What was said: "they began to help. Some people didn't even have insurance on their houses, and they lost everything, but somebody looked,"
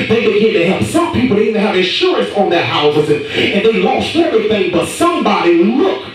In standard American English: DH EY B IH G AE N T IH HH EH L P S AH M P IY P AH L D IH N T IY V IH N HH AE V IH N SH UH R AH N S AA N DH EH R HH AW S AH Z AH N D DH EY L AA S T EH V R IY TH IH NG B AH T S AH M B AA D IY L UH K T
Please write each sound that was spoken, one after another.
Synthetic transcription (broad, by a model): DH EY B IH G AE N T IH HH EH L P S AH M P IY P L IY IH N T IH IH V IH N SH UH R AH N S N DH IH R HH AW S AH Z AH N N DH EY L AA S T EH V R IY TH IH NG B AH T S AH M B AA D IY L UH K